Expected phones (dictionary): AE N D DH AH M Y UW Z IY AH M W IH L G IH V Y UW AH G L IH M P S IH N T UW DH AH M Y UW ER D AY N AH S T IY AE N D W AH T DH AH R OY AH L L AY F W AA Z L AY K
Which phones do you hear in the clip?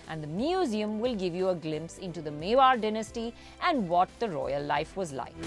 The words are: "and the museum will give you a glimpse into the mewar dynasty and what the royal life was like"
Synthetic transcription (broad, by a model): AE N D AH M Y UW Z IY AH M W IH L G IH V Y UW AH G L IH M P S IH N T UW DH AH M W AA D D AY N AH S T IY AE N D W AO T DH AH R OY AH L L AY F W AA Z L AY K